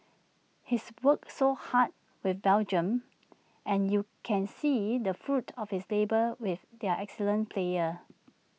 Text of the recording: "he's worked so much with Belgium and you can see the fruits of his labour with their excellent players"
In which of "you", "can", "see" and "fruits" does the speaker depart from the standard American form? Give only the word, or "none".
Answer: fruits